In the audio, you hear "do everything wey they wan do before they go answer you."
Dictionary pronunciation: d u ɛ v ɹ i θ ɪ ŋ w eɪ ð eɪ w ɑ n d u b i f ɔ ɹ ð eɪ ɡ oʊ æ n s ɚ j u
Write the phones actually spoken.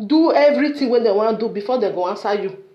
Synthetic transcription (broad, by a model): d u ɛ v ɹ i t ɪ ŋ w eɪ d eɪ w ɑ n d u b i f ɔ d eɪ ɡ oʊ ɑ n s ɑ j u